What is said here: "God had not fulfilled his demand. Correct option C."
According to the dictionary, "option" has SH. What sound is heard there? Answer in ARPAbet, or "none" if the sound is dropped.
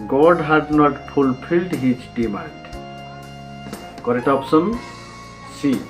S